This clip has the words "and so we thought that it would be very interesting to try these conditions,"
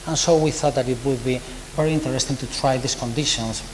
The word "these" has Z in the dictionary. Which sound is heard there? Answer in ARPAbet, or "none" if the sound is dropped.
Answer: S